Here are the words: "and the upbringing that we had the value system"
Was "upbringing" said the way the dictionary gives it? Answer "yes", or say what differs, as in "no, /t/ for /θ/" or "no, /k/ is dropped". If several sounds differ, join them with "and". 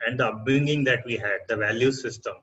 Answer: no, /ɹ/ is dropped